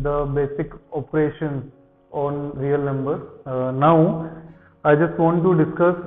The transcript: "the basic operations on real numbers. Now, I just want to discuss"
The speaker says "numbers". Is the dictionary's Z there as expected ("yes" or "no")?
no